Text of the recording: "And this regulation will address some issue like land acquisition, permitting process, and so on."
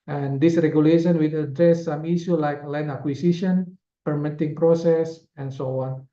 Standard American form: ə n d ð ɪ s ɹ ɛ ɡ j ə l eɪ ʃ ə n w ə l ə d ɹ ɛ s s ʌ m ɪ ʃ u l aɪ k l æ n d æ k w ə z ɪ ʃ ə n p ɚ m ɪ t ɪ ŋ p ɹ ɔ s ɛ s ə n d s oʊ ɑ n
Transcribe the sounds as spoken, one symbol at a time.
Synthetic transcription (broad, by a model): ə n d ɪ s ɹ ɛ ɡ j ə l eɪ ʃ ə n w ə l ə d ɹ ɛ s s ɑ m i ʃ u l aɪ k l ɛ n ɑ k w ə s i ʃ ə n p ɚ m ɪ t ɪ ŋ p ɹ ɔ s ɛ s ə n s oʊ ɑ n